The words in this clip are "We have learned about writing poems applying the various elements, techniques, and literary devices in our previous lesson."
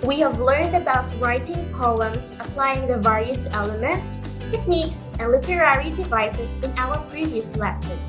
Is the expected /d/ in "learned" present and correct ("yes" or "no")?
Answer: yes